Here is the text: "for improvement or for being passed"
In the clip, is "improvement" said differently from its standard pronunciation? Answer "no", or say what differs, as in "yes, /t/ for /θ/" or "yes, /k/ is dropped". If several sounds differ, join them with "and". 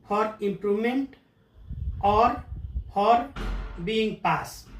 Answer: yes, /v/ is dropped